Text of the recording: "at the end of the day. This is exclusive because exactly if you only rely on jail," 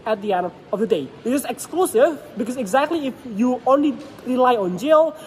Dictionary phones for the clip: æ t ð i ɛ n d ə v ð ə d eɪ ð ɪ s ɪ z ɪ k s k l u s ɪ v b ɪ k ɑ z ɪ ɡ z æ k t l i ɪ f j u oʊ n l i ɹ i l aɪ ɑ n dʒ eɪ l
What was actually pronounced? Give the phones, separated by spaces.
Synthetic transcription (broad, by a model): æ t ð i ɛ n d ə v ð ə d eɪ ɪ ɪ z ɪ k s k l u s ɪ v b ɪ k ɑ s ɪ ɡ z æ k t l i ɪ f j u oʊ n l i ɹ i l aɪ ɑ n dʒ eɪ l